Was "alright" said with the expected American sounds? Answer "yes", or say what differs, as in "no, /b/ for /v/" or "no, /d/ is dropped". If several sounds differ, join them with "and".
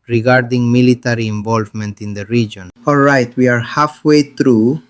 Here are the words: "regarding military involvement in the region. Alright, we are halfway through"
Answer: yes